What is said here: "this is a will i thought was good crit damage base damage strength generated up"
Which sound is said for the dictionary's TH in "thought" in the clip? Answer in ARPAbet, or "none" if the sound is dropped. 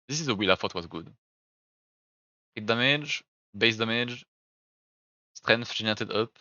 F